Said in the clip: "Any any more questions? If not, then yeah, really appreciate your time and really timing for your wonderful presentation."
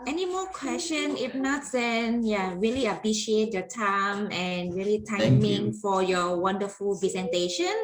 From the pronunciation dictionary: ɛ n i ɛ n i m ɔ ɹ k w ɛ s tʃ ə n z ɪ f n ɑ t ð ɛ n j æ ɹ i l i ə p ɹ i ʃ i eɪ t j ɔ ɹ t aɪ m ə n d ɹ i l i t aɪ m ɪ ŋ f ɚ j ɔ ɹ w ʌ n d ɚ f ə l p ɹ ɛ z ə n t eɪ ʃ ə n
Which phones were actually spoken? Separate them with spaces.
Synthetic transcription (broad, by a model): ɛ ɛ n i m ɔ k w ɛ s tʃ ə n ɪ f n ɑ t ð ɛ n j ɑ ɹ i l i ə p ɹ i ʃ i eɪ t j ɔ t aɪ m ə n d ɹ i l i t aɪ m ɪ ŋ f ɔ j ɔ w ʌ n d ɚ f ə l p ɹ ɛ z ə n t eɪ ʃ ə n